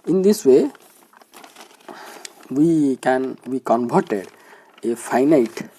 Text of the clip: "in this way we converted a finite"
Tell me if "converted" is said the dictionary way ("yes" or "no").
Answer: no